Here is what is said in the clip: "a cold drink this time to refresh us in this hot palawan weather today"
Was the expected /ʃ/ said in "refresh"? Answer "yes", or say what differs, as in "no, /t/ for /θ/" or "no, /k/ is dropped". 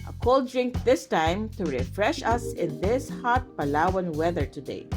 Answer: yes